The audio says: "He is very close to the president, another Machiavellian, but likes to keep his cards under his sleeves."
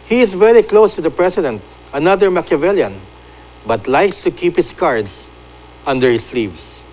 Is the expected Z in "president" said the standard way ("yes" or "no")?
no